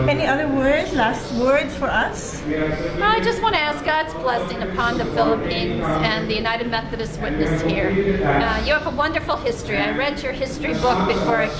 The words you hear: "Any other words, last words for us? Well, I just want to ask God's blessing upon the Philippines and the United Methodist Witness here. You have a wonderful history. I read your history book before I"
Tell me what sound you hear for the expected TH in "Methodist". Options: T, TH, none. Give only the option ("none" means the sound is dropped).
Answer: TH